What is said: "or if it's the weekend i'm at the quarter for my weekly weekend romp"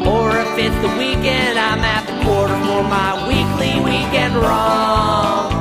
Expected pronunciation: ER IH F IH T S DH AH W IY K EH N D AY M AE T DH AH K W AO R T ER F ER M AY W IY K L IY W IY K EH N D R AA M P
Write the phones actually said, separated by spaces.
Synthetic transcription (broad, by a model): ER IH F IH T DH AH W IY K EH N D AY M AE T DH AH K W AO R T ER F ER M AY W IY K L IY W IY K EH N D R AA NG